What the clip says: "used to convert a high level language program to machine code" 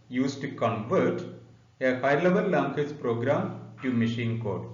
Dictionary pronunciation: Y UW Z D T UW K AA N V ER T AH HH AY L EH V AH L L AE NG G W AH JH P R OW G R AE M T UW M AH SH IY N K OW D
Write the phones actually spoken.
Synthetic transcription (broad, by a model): Y UW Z T UW K AA N V ER T AH HH AY L EH V AH L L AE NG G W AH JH P R OW G R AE M T UW M AH SH IY N K OW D